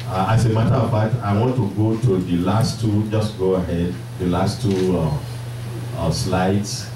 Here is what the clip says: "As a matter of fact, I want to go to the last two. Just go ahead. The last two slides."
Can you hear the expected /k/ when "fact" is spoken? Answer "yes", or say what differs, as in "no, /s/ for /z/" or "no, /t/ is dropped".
no, /k/ is dropped